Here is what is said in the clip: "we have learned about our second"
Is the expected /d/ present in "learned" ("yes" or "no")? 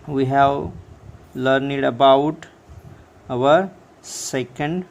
yes